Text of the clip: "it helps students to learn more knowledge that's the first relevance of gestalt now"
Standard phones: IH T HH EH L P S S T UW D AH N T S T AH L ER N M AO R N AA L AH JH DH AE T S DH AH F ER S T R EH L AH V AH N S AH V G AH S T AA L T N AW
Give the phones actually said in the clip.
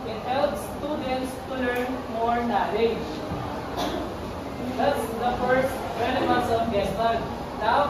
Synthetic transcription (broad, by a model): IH T HH EH L P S S T UW D AH N T S T AH L ER N M AO R N AA L AH JH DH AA T S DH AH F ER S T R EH N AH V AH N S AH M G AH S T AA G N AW